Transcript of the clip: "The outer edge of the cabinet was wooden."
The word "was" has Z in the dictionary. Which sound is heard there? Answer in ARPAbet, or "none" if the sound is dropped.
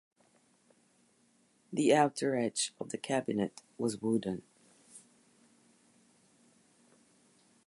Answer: Z